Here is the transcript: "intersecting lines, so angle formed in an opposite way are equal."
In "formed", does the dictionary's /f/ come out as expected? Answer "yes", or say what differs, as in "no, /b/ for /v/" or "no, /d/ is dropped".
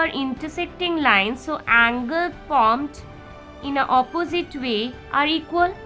no, /p/ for /f/